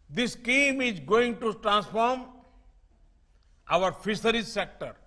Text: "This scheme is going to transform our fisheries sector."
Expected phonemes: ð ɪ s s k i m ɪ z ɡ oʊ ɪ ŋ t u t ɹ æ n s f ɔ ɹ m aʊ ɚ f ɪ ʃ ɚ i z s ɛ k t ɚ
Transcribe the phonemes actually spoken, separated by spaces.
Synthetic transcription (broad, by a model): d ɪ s s k i m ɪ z ɡ oʊ ɪ ŋ t u t ɹ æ n s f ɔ ɹ m aʊ ɚ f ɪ s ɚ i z s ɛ k t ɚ